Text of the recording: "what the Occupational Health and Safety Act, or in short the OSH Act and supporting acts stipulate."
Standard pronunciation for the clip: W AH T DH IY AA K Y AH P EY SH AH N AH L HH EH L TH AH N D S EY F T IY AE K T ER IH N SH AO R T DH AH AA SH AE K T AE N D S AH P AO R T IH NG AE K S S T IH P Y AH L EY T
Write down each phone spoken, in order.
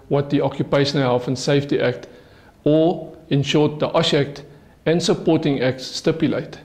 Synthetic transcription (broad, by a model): W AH T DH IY AA K Y AH P EY SH AH N AH L HH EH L F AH N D S EY F T IY AE K T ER IH N SH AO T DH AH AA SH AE K T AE N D S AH P AO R T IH NG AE K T S T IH P Y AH L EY T